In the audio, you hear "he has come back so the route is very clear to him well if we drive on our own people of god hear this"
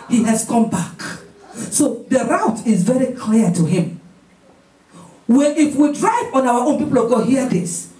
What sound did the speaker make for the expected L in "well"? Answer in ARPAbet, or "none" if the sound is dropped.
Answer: N